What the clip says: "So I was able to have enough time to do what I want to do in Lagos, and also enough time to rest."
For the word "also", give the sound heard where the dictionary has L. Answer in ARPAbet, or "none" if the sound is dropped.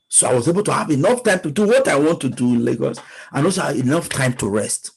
none